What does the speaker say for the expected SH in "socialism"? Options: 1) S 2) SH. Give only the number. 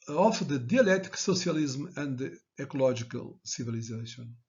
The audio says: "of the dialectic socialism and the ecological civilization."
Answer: 1